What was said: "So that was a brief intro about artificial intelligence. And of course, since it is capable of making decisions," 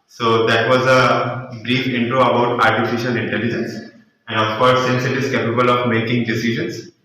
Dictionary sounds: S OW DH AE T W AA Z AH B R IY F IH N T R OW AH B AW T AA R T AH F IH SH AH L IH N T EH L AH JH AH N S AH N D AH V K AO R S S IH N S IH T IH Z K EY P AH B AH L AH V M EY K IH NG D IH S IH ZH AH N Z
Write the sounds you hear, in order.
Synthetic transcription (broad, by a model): S OW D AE T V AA Z AH B R IY F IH N T R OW AH B AW T AA R T AH F IH SH AH L IH N T EH L AH JH AH N S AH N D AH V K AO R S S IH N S IH T IH Z K EY P AH B AH L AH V M EY K IH NG D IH S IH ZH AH N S